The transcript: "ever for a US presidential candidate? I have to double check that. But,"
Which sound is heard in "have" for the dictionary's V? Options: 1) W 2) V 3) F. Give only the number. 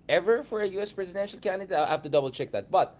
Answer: 3